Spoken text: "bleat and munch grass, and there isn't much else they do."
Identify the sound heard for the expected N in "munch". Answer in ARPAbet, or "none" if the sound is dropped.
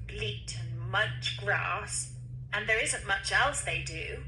none